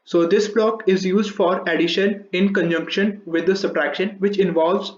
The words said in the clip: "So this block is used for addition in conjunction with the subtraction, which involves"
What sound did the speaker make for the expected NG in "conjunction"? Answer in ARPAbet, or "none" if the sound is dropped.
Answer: NG